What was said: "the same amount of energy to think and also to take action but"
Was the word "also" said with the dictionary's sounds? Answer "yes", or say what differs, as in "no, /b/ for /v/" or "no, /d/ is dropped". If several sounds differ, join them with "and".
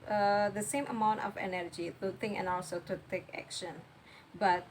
no, /n/ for /l/